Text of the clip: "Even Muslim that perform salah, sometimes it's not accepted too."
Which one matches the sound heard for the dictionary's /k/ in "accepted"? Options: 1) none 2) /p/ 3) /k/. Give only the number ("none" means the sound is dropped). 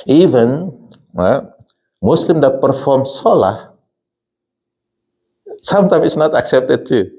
3